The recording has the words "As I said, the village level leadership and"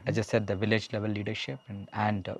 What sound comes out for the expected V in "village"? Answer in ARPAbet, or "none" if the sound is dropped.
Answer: V